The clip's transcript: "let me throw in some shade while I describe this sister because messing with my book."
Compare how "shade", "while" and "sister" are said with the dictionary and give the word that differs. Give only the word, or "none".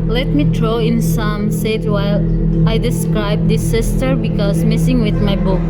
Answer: shade